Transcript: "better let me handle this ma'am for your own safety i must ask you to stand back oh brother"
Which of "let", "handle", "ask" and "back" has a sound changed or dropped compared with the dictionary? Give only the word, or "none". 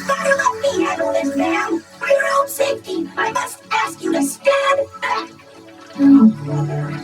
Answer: handle